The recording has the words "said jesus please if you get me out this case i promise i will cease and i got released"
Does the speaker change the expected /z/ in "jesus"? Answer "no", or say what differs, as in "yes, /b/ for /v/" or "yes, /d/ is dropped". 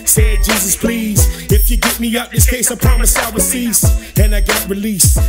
no